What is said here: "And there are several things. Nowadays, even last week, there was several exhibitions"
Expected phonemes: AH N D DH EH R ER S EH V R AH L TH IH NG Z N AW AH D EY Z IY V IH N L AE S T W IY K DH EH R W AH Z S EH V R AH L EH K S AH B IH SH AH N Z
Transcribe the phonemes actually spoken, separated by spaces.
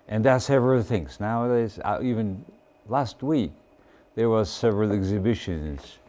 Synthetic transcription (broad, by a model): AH N DH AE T S EH V R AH L TH IH NG Z N AW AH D EY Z IY V IH N L AE S T W IY K DH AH R W AH Z S EH V R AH L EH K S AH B IH SH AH N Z